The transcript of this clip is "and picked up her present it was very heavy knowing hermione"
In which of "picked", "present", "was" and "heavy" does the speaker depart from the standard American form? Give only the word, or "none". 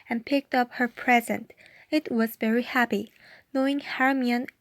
heavy